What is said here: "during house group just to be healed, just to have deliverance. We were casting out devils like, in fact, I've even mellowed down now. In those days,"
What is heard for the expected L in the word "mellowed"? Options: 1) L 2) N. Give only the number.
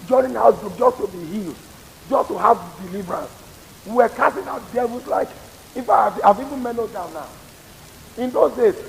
2